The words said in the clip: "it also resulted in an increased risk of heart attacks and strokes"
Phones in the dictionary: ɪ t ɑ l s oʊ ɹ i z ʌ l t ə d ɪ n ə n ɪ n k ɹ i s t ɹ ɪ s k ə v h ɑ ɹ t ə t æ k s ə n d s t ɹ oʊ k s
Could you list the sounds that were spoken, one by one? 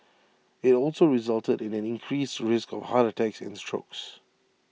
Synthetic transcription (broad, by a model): ɪ t ɑ l s oʊ ɹ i z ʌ l t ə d ɪ n ə n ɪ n k ɹ i s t ɹ ɪ s k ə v h ɑ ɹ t ə t æ k s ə n s t ɹ oʊ k s